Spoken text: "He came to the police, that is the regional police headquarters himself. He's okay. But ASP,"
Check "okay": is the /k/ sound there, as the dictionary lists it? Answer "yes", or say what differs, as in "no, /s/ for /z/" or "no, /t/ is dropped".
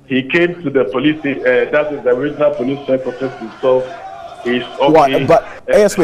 no, /k/ is dropped